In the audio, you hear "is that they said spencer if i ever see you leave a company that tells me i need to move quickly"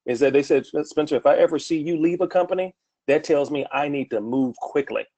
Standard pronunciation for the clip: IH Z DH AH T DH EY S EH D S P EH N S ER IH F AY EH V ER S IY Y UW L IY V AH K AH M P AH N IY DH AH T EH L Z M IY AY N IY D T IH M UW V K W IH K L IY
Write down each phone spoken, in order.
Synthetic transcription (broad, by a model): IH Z DH AH T DH EY S EH D S P EH N S ER IH F AY EH V ER S IY Y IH L IY V AH K AH M P AH N IY DH AH T EH L Z M IY AY N IY D T IH M UW V K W IH K L IY